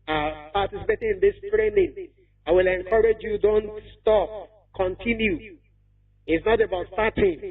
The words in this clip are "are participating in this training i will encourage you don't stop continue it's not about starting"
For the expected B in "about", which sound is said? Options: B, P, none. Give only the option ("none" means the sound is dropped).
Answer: B